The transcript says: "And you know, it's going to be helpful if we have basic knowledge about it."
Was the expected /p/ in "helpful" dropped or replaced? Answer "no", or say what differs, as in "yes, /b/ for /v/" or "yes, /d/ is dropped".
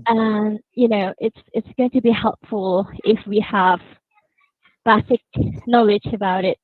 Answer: no